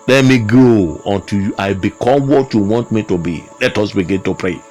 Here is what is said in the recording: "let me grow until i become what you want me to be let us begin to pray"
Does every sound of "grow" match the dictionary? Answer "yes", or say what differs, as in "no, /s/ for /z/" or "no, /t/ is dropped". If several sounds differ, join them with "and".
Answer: no, /ɹ/ is dropped